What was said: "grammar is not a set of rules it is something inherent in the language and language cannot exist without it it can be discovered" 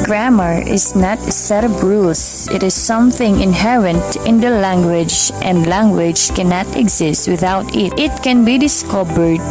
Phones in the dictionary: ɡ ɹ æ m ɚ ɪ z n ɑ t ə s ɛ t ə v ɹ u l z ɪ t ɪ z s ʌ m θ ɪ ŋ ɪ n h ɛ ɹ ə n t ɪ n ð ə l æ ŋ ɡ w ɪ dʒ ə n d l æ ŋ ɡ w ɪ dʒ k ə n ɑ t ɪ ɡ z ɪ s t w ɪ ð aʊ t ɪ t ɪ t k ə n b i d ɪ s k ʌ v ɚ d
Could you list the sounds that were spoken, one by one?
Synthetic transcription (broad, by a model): ɡ ɹ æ m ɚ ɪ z n ɑ t ə s ɛ t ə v ɹ u l s ɪ t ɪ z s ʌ m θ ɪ ŋ ɪ n h ɛ ɹ ə n t ɪ n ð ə l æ ŋ ɡ w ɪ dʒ ə n d l æ ŋ ɡ w ɪ dʒ k ə n ɑ t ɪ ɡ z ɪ s t w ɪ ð aʊ t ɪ t ɪ t k ə n b i d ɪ s k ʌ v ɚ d